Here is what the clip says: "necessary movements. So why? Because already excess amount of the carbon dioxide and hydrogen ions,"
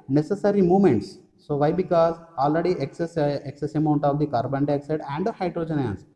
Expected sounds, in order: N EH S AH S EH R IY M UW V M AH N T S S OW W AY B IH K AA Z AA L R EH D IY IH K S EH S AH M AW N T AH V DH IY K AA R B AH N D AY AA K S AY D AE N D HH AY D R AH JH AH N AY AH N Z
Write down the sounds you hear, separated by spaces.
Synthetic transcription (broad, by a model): N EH S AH S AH R IY M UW M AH N T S S OW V AY B IH K AA Z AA L R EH D IY IH K S EH S AH M AW N T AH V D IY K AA R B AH N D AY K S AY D AE N D HH AY D R AH JH AH N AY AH N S